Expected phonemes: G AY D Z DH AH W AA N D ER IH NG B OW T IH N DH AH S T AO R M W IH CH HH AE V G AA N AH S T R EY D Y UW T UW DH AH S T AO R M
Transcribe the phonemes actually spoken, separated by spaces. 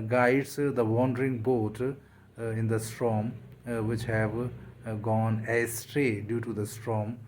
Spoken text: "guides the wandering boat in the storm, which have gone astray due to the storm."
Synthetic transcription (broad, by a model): G AY D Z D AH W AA N D ER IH NG B OW T IH N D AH S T AO M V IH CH HH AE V G AA N AH S T R EY D Y UW T UW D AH S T AO M